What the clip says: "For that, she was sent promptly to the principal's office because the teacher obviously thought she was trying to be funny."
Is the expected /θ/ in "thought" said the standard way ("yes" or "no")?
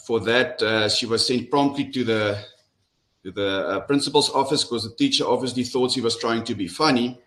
yes